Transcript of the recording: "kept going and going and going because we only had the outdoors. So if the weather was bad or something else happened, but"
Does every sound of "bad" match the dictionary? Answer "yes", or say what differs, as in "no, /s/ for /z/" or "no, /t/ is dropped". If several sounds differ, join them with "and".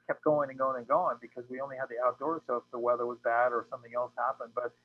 yes